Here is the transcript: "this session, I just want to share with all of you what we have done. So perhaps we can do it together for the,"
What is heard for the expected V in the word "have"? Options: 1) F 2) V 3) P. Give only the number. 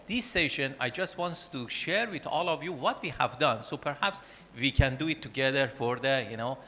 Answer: 2